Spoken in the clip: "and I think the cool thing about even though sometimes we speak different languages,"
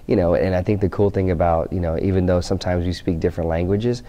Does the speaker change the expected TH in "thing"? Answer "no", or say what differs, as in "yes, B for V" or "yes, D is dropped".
no